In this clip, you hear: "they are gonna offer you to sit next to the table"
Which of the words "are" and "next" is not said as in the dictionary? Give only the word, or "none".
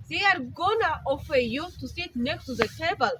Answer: next